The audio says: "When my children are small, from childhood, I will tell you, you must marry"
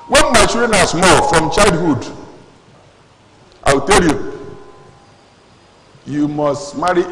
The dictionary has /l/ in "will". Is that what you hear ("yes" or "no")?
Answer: no